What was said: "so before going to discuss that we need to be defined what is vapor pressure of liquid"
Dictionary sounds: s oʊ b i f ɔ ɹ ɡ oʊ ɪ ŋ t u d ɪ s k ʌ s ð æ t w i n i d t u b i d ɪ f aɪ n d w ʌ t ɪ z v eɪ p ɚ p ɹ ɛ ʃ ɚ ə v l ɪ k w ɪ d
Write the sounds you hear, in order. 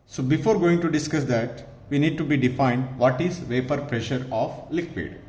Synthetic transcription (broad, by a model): s oʊ b i f ɔ ɹ ɡ oʊ ɪ ŋ t u d ɪ s k ʌ s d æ t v i n i d t u b i d ɪ f aɪ n d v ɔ t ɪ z v eɪ p ɚ p ɹ ɛ ʃ ɚ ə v l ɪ k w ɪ d